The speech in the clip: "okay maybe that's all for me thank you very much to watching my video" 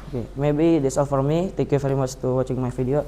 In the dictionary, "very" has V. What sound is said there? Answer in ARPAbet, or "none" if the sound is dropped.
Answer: F